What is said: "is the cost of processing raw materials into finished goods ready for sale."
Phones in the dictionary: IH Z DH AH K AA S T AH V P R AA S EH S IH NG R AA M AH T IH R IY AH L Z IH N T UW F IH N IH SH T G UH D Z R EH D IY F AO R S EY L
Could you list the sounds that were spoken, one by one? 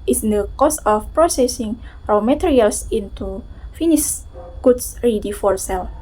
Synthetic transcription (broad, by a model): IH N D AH K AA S AH F P R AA S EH S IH NG R AA M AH T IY R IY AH L S IH N T UW F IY N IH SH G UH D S R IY D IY F AO R S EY L